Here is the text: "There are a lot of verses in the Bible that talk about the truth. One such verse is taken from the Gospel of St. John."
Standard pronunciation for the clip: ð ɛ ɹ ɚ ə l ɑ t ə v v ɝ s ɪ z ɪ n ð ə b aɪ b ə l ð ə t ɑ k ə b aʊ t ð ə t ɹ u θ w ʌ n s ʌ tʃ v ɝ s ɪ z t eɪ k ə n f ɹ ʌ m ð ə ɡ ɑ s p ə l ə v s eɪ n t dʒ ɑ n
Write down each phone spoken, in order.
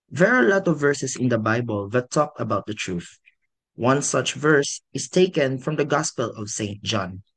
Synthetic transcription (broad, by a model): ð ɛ ɹ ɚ ə l ɑ t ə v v ɝ s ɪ s ɪ n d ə b aɪ b ə l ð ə t ɑ k ə b aʊ t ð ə t ɹ u θ w ʌ n s ʌ tʃ v ɝ s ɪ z t eɪ k ə n f ɹ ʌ m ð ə ɡ ɑ s p ə l ə v s eɪ n t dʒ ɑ n